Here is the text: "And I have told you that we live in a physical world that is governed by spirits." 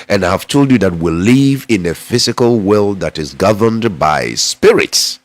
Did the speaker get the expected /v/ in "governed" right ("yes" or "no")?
yes